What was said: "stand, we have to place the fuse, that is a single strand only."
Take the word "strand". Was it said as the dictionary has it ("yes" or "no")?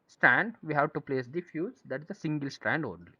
yes